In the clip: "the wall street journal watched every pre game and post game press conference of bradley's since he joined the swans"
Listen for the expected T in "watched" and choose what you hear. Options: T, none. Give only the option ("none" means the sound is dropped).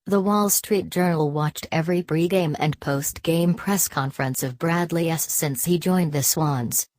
T